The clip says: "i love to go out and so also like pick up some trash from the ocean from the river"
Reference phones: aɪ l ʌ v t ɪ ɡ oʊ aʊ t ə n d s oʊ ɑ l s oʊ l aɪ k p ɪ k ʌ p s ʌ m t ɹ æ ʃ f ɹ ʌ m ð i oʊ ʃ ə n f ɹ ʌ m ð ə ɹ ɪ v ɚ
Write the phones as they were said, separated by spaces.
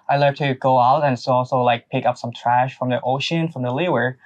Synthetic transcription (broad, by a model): aɪ l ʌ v t ɪ ɡ oʊ aʊ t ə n s oʊ ɑ l s oʊ l aɪ k p ɪ k ʌ p s ʌ m t ɹ æ ʃ f ɹ ʌ m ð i oʊ ʃ ə n f ɹ ʌ m ð ə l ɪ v ɚ